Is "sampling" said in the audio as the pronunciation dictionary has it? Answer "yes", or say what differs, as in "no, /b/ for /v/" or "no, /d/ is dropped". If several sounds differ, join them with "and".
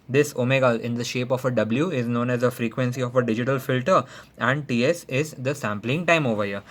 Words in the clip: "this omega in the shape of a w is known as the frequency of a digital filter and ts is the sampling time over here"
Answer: yes